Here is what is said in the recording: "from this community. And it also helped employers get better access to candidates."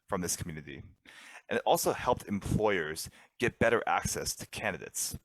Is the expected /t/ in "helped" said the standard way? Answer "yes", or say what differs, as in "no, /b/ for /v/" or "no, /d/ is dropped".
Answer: yes